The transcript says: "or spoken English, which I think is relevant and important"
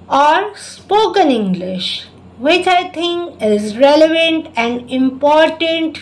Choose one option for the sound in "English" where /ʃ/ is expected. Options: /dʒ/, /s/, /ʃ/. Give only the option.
/ʃ/